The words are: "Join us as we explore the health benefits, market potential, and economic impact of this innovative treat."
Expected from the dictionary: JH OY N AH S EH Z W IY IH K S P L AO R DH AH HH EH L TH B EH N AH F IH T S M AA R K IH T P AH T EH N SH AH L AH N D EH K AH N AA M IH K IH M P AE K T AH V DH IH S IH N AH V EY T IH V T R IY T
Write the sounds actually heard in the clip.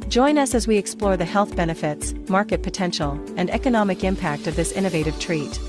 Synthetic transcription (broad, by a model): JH OY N AH S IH Z W IY IH K S P L AO R DH AH HH EH L TH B EH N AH F IH T S M AA R K IH T P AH T EH N SH L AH N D EH K AH N AA M IH K IH M P AE K T AH V DH IH S IH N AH V EY T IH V T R IY T